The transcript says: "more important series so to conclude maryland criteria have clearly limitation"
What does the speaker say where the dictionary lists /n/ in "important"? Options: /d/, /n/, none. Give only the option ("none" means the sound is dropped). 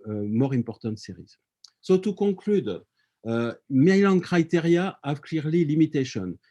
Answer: none